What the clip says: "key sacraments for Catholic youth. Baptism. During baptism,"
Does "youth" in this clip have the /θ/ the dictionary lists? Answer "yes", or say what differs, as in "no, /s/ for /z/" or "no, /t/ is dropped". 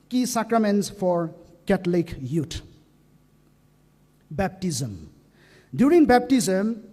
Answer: no, /t/ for /θ/